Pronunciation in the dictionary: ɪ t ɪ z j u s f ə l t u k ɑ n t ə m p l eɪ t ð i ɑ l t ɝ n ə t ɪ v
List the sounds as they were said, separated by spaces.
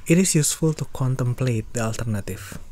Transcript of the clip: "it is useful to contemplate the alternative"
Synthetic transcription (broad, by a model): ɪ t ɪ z j u s f ə l t u k ɑ n t ə m p l eɪ t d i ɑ l t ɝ n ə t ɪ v